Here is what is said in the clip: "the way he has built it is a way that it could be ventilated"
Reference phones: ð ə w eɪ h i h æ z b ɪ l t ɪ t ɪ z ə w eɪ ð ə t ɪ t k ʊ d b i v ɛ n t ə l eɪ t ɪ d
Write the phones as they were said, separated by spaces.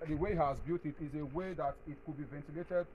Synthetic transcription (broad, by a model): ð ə w eɪ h h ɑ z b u t ɪ t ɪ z ə w eɪ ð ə t ɪ t k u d b i v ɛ n t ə l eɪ t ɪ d